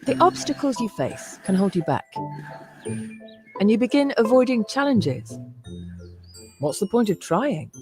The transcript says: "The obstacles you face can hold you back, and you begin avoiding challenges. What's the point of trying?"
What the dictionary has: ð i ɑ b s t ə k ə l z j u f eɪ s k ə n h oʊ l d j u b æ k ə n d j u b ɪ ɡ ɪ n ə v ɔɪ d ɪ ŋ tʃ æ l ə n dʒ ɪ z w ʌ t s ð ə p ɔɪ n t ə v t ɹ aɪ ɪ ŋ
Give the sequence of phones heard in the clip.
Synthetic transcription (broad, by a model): ð i ɑ b s t ə k ə l z j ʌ f eɪ s k ə n h oʊ l d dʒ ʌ b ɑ k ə n j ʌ b ɪ ɡ ɪ n ə v ɔɪ d ɪ ŋ tʃ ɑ l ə n dʒ ɪ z w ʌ t s ð ə p ɔɪ n t ə v t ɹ aɪ ɪ ŋ